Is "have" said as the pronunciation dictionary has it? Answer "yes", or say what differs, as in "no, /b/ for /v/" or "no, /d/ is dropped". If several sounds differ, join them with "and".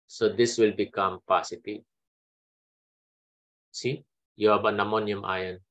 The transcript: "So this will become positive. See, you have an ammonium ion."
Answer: no, /b/ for /v/